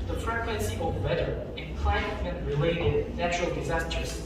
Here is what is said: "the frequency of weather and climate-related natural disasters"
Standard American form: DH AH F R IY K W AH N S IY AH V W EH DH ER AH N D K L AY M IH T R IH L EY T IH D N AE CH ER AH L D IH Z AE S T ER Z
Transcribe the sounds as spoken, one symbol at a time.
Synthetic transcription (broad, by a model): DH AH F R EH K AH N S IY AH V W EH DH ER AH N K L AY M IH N R IH L EY T IH D N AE CH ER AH L D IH Z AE S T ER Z